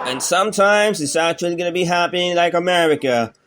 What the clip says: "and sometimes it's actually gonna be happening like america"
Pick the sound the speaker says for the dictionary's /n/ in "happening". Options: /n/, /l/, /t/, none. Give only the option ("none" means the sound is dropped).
none